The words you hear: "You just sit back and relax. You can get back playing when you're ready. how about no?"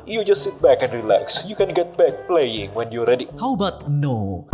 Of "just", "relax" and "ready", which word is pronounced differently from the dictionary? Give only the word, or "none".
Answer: none